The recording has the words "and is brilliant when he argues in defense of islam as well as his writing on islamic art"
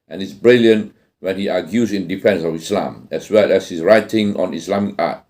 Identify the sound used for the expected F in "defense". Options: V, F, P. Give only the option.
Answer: F